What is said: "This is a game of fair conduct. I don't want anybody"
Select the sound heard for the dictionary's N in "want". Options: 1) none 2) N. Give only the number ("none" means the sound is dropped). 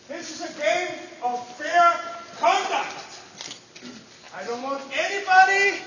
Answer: 2